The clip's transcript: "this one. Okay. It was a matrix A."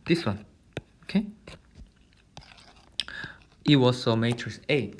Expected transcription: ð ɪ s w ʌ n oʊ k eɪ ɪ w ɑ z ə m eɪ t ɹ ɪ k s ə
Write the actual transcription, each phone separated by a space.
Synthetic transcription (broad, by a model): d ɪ s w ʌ n oʊ k eɪ ɪ w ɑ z ə m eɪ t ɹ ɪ s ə